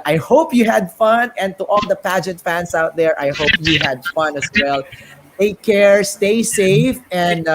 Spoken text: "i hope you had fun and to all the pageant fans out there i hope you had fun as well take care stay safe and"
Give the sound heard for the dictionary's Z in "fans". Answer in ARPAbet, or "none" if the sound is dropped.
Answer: S